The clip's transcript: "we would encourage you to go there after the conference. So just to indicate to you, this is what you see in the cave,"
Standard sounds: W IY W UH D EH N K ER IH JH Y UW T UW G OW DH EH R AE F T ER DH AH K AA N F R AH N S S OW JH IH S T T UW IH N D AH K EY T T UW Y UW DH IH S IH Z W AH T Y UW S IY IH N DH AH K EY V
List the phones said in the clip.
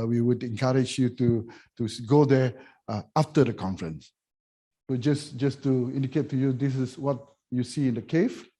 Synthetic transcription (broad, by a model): W IY W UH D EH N K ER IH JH Y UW T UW G OW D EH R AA F T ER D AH K AA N F R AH N S S OW JH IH S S T UW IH N D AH K EY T T UW Y UW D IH S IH S W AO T Y UW S IY IH N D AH K EY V